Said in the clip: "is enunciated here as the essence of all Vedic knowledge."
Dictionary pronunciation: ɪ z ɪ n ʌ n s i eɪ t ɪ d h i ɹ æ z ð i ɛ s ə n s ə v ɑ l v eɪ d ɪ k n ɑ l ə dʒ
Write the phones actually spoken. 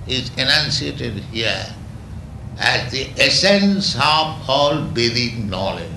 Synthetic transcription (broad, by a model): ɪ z ɪ n ʌ n s i eɪ t ɪ d h i ɹ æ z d i ɛ s ə n s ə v ɑ l b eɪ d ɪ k n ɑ l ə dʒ